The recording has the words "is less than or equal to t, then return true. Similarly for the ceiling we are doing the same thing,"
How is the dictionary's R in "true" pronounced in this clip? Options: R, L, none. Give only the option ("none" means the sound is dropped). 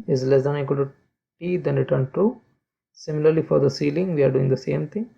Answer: none